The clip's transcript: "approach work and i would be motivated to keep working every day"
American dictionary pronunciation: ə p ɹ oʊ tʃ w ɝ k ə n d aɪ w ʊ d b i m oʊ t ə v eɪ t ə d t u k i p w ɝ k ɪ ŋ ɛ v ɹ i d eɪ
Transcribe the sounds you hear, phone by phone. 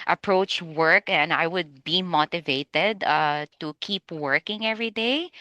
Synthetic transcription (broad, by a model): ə p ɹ oʊ tʃ w ɝ k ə n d aɪ w ʊ d b i m oʊ t ə v eɪ t ə d t u k i p w ɝ k ɪ ŋ ɛ v ɹ i d eɪ